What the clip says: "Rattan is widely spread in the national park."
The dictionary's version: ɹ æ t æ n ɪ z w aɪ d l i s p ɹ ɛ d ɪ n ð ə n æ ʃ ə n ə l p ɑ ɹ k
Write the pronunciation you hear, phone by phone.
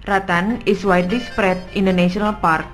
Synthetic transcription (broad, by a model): ɹ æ t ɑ n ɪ s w aɪ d i s p ɹ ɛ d ɪ n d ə n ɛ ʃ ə n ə l p ɑ ɹ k